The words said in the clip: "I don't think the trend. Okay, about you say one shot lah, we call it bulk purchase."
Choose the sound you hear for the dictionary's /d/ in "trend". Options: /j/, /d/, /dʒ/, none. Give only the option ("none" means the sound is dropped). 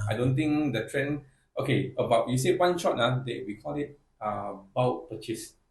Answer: none